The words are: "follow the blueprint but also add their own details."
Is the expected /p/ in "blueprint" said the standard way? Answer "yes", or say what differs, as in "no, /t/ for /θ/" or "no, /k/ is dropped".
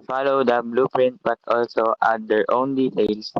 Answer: yes